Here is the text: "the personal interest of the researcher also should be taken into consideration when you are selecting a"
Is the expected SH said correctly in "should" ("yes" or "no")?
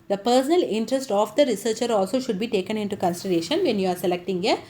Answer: yes